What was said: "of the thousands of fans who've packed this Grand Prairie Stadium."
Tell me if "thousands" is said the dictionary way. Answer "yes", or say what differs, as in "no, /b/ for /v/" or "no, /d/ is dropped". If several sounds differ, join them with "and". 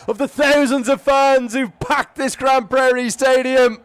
yes